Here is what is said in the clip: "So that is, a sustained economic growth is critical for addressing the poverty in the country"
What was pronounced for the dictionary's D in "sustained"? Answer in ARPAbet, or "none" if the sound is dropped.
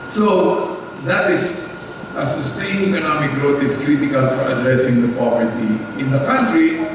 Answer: none